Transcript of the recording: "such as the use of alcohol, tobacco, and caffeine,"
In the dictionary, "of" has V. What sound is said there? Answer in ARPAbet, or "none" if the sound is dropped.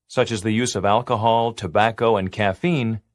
V